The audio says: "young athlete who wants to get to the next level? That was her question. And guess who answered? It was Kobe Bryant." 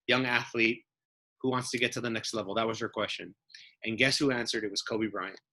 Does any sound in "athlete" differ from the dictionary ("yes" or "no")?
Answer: no